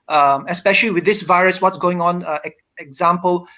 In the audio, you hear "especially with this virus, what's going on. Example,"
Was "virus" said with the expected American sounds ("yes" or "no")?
yes